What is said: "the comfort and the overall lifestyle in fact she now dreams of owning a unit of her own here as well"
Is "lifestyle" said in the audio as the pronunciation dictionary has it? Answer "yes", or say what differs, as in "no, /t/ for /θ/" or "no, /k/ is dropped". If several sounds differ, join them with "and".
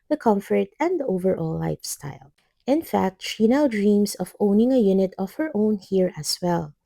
yes